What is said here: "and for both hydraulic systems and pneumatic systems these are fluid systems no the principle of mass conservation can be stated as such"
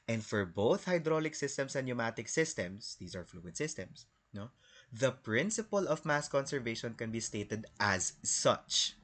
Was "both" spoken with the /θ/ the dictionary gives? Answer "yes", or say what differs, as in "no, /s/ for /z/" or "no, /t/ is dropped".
yes